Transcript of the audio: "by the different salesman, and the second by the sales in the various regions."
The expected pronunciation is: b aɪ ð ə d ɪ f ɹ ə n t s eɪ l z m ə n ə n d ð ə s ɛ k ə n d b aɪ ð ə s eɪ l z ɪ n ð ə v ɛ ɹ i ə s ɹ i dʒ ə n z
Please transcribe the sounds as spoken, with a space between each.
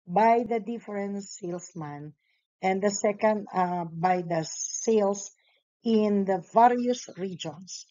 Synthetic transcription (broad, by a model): b aɪ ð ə d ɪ f ɹ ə n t s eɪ l s m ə n ə n d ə s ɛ k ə n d b aɪ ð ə s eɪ l s ɪ n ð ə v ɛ ɹ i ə s ɹ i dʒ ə n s